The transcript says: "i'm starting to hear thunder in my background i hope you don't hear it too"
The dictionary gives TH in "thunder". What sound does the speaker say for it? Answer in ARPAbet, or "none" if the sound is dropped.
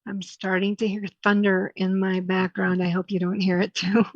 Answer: TH